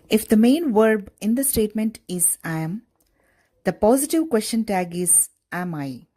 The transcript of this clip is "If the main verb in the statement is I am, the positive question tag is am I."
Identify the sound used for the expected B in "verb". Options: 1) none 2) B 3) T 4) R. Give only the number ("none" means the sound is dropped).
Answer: 2